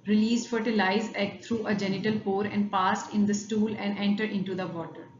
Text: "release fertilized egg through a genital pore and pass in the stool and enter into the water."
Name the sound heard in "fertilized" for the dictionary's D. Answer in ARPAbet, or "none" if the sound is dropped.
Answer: none